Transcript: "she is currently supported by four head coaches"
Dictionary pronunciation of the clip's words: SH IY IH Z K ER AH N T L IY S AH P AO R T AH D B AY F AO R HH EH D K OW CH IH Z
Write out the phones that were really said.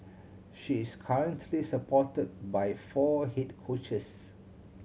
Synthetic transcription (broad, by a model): SH IY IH S K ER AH N T L IY S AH P AO T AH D B AY F AO HH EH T K OW CH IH S